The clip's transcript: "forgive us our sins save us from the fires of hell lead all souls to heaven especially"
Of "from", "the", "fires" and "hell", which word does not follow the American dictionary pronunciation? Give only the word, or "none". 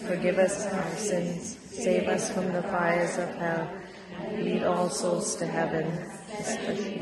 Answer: none